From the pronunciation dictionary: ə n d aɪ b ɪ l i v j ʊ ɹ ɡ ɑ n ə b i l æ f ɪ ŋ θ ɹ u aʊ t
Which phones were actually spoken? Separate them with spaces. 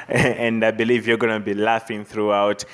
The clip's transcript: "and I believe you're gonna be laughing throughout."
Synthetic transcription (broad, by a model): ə n d aɪ b ɪ l i v j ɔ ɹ ɡ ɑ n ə b i l æ f ɪ ŋ θ ɹ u aʊ t